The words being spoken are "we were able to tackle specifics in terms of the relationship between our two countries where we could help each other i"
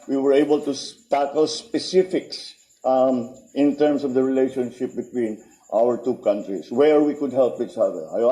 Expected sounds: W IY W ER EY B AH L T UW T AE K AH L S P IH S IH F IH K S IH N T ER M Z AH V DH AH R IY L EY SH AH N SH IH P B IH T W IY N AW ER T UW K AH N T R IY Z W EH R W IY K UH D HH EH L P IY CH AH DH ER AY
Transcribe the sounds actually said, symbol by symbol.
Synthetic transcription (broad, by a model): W IY W ER EY B AH L T UW T AE K AH L S P IH S IH F IH K S IH N T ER M S AH V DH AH R IY L EY SH AH N SH IH P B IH T W IY N AW ER T UW K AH N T R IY S W EH R W IY K UH D HH EH L P IY CH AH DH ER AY